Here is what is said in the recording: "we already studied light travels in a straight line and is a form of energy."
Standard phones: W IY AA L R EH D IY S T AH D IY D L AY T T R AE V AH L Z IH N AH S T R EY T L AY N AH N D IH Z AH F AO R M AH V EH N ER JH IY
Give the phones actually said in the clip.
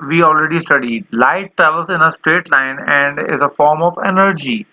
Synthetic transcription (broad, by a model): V IY AA L R EH D IY S T AH D IY D L AY T T R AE V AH L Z IH N AH S T R EY T L AY N AH N D IH Z AH F AO R M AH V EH N ER JH IY